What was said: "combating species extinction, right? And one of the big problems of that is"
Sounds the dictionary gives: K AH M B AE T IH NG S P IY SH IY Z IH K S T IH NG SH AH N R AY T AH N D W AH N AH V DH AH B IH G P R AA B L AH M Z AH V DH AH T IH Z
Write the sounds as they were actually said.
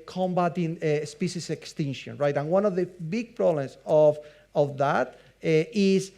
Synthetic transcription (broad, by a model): K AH M B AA T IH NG S P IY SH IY S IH K S T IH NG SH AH N R AY T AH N W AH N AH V DH AH B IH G P R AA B L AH M S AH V DH AH T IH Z